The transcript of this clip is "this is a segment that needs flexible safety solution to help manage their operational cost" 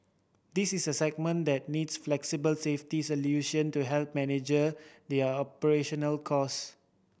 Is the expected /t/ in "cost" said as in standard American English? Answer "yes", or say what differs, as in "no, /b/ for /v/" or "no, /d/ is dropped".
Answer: no, /t/ is dropped